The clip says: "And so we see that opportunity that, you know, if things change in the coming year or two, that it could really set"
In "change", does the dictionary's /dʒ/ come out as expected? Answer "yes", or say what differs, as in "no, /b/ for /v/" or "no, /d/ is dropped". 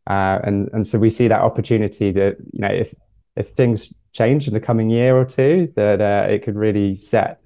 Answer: yes